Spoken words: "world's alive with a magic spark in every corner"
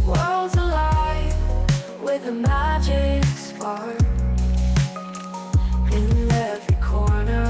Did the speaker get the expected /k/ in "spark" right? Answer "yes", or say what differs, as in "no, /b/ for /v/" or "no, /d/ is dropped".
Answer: no, /k/ is dropped